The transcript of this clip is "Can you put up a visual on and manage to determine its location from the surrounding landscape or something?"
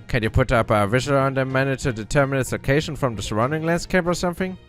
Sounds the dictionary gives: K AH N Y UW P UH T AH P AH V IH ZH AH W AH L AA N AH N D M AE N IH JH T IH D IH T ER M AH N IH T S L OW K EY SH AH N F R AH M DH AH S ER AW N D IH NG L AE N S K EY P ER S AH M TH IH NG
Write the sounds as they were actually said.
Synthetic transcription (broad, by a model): K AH N Y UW P UH T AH P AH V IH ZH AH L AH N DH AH M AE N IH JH T IH D IH T ER M AH N IH T S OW K EY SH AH N F R AH M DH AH S ER AW N D IH NG L AE N S K EY P ER S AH M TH IH NG